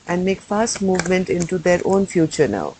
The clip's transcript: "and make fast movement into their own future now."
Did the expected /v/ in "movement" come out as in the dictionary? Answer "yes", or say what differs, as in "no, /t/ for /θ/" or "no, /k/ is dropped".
yes